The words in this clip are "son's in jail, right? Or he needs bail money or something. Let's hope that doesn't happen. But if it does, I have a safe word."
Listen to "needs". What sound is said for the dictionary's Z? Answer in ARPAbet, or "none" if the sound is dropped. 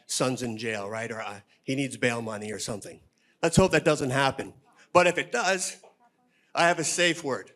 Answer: Z